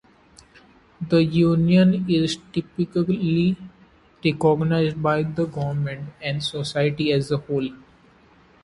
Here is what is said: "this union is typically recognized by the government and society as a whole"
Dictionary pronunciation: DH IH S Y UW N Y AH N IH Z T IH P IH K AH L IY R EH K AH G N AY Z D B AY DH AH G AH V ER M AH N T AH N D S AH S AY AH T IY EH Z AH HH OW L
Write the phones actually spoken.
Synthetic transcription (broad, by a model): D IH Y UW N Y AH N IH Z T IH P IH K AH L IY R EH K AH G N AY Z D B AY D AH G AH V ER M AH N T AH N D S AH S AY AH T IY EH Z AH HH OW L